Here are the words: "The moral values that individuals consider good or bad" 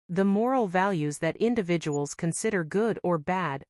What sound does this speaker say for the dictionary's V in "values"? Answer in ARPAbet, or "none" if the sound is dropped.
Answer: V